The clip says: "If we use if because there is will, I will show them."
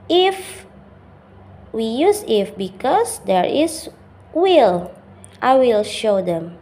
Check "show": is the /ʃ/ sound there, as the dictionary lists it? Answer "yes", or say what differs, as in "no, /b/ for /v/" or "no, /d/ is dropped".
yes